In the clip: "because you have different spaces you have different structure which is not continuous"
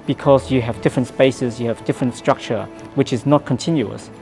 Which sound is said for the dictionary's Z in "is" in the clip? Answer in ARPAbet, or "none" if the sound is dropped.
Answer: Z